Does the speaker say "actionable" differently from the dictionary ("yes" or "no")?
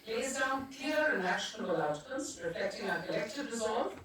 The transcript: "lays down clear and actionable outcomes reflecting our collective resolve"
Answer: yes